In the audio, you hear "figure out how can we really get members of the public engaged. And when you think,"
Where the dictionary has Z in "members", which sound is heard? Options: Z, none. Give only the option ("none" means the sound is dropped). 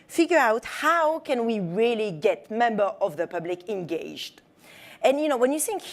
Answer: none